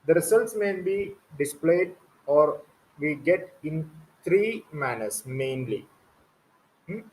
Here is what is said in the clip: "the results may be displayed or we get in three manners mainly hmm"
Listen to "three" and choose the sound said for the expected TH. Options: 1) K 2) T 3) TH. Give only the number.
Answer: 2